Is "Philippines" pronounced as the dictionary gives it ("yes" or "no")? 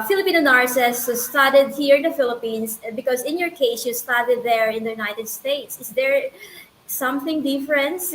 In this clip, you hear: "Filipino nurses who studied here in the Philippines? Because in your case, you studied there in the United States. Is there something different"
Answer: no